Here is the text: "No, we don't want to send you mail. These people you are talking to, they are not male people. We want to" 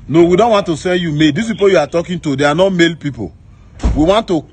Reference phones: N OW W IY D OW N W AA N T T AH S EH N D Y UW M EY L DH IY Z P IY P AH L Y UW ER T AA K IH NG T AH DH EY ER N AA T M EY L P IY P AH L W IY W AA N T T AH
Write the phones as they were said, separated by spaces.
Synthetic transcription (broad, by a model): N OW W IY D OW N W AA N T T AH S EH N D Y UW M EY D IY S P IY P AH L Y UW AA T AA K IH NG T AH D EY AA N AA M EY L P IY P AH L W IY W AA N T T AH